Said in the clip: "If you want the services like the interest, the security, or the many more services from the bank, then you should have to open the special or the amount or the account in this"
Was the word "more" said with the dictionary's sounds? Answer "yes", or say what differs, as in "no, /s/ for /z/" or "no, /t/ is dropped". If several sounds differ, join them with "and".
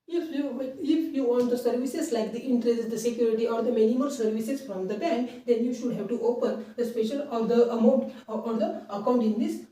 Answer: no, /l/ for /ɹ/